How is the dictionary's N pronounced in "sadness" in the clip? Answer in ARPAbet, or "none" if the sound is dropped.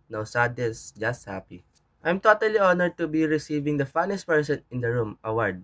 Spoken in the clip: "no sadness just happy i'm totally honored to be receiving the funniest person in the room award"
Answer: none